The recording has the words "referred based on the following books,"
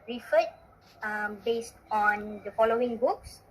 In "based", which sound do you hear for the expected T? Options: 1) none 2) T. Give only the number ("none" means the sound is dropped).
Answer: 2